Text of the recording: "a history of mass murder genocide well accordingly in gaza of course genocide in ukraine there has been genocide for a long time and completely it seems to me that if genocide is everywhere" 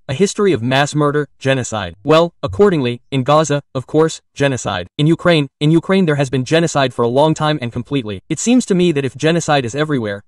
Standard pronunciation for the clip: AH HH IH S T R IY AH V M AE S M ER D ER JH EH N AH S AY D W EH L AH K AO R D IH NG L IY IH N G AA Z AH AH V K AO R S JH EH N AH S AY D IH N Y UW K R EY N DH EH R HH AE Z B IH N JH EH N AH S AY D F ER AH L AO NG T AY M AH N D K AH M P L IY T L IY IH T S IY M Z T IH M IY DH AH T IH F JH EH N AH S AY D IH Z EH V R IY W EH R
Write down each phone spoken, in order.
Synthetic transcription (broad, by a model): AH HH IH S T R IY AH V M AE S M ER D ER JH EH N AH S AY D W EH L AH K AO R D IH NG L IY IH N G AA Z AH AH V K AO R S JH EH N AH S AY D IH N Y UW K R EY N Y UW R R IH Z B IH N JH EH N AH S AY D F ER AH L AO NG T AY M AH N K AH M P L IY T L IY IH T S IY M Z T IH M IY DH AH T IH F JH EH N AH S AY D IH Z EH V R IY W EH R